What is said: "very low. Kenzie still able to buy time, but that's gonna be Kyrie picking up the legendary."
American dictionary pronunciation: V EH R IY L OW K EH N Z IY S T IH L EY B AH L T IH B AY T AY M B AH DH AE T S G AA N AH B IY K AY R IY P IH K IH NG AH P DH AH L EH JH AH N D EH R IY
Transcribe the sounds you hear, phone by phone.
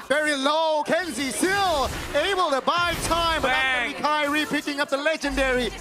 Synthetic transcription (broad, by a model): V EH R IY L OW K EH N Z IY S T IH L EY B AH L T IH B AY T AY M B AH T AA AH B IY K AY R IY P IH K IH NG AH P DH AH L EH JH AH N D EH R IY